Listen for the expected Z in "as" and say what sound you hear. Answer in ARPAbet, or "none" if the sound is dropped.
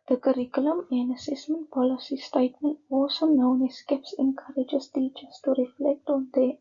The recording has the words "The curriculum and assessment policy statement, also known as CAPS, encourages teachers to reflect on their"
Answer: S